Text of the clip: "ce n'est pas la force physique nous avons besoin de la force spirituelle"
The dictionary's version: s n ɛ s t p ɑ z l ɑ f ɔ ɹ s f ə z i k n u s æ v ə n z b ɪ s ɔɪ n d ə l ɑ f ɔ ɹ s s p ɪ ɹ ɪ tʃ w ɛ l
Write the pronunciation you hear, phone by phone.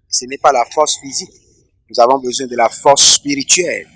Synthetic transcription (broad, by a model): s n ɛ p ɑ l ɑ f ɔ ɹ s f ə z i k n u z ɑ v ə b z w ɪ d ə l ɑ f ɔ ɹ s s p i ɹ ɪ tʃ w ɛ l